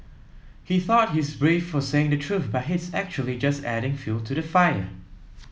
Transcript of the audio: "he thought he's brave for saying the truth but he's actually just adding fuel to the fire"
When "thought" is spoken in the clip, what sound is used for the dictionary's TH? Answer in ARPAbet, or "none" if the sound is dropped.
TH